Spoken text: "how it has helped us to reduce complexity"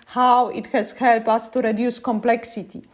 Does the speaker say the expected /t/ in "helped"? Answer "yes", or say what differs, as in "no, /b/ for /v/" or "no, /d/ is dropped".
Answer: no, /t/ is dropped